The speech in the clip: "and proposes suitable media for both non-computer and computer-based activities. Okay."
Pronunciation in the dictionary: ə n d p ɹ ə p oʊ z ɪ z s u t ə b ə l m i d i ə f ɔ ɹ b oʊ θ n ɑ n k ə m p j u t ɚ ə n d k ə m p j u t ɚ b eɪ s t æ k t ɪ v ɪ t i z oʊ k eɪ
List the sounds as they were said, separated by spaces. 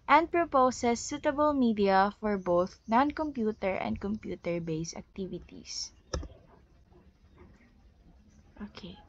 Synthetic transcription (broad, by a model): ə n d p ɹ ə p oʊ s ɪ s u t ə b ə l m i d i ə f ɔ ɹ b oʊ θ n ɑ n k ə m p j u t ɚ ə n d k ə m p j u t ɚ b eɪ s æ k t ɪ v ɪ t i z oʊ k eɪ